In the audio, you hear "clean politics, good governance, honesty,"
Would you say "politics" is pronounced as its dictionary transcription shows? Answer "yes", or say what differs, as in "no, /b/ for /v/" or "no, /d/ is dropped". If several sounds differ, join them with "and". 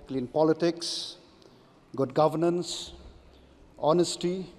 yes